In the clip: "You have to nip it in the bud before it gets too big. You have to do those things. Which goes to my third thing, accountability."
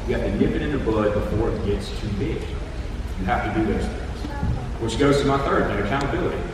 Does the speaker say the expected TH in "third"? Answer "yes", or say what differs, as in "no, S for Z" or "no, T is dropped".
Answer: yes